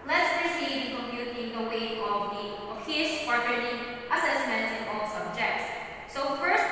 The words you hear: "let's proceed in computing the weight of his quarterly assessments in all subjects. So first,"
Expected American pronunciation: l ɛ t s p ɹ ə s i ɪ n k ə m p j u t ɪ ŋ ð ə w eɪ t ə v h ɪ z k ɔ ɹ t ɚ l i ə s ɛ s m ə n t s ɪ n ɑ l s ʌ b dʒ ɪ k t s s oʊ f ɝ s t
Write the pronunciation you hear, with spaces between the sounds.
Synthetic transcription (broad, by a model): l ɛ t s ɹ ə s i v k ə m p j u t ɪ ŋ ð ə w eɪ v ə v h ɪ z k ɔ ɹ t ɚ n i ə s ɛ s m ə n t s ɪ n ɑ l s ʌ b dʒ ɪ k t s s oʊ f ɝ s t